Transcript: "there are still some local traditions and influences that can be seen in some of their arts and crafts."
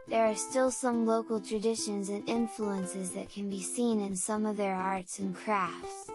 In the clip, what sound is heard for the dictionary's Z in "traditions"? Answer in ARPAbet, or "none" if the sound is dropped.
Z